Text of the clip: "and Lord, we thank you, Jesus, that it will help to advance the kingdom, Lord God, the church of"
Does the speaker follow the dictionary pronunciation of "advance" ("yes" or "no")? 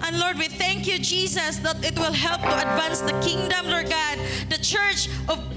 yes